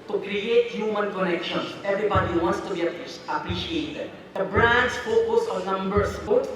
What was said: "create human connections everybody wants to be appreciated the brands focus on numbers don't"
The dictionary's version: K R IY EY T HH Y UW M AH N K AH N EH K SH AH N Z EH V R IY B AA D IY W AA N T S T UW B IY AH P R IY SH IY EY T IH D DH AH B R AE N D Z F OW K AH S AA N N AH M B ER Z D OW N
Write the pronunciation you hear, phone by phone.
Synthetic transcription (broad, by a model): K R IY EY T HH Y UW M AH N K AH N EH K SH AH N EH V R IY B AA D IY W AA N S T UW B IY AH P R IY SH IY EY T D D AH B R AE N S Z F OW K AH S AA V N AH M B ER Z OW